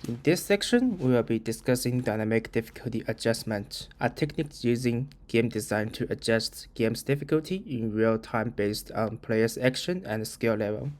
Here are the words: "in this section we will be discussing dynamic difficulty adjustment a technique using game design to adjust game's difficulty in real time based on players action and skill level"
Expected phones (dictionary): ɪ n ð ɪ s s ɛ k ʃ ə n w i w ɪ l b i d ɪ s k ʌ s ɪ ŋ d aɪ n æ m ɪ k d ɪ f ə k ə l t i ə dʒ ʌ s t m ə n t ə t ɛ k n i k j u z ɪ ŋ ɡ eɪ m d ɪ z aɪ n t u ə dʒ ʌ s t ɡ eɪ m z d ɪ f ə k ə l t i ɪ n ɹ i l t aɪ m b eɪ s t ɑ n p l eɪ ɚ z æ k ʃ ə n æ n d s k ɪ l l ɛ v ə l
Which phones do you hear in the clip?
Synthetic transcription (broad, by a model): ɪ n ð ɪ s s ɛ k ʃ ə n w i w ɪ l b i d ɪ s k ʌ s ɪ ŋ d aɪ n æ m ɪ k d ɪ f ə k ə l t i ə dʒ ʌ s m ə n t ə t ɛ k n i k j u z ɪ ŋ ɡ eɪ m d ɪ z aɪ n t u ə dʒ ʌ s t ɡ eɪ m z d ɪ f ə k ə l t i ɪ n ɹ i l t aɪ m b eɪ s t ɑ n p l eɪ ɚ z æ k ʃ ə n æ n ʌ s k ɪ l l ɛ v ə l